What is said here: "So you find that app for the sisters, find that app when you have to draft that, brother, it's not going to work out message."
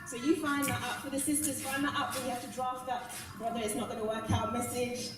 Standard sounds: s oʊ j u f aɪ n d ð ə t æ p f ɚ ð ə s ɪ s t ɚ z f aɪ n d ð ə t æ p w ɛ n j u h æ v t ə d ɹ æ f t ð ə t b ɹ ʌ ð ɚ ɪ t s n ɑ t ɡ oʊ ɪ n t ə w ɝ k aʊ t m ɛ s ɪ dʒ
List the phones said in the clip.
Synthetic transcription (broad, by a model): s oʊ j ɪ f aɪ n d ð ə t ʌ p f ɚ ð ə s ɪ s t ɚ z f aɪ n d ð ə t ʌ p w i h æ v t ə d ɹ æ f t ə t b ɹ ʌ ð ɚ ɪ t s n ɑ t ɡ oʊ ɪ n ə w ɝ k aʊ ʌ m ɛ s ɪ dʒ